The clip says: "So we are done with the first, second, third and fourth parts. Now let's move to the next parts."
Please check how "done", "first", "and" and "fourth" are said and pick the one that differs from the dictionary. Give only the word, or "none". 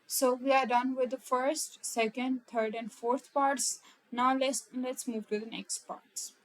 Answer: fourth